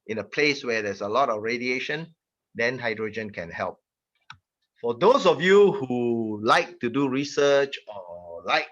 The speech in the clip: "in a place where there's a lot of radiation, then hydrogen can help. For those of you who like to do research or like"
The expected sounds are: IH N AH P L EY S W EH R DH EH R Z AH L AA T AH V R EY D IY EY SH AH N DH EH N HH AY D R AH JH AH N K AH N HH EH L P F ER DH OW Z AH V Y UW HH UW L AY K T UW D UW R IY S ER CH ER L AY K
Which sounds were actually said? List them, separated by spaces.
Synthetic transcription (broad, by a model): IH N AH P L EY S W EH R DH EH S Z AH L AA T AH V R EY D IY EY SH AH N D EH N HH AY D R AH JH AH N K AH N HH EH L P F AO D OW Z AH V Y UW HH UW L AY K T UW D UW R IY S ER CH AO L AY K